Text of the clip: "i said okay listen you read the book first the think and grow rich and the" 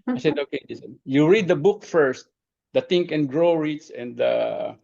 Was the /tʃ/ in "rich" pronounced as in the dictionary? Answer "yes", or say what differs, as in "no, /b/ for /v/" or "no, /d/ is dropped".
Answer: no, /s/ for /tʃ/